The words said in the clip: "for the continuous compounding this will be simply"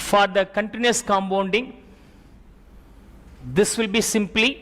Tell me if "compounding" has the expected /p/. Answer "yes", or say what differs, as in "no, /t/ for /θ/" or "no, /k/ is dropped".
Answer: no, /b/ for /p/